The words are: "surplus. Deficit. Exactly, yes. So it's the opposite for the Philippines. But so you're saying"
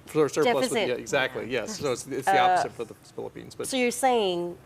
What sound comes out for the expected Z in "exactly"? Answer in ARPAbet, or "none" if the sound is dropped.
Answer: Z